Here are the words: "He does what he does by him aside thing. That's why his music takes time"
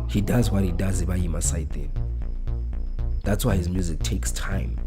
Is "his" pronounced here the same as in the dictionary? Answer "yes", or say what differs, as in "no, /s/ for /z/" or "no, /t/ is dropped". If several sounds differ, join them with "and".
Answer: yes